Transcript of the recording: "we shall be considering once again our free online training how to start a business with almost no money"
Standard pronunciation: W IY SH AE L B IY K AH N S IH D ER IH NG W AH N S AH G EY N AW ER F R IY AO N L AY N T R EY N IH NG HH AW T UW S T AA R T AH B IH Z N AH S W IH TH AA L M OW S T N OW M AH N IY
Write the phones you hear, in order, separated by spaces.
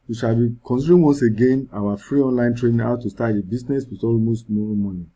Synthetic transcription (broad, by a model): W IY SH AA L B IY K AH N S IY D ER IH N W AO N S AH G EY N AW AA F R IY AO N L AY N T R EY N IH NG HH AW T UW S T AA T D AH B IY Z N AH S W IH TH AA L M OW S T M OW M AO N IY